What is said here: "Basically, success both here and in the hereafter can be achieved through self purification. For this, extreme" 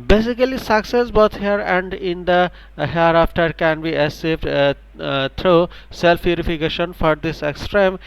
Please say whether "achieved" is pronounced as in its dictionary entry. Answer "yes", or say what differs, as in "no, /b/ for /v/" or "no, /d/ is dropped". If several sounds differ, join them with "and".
no, /s/ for /tʃ/